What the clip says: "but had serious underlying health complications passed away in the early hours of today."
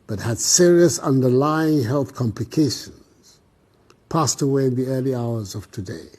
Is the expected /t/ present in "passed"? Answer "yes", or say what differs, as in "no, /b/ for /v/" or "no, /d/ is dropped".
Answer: yes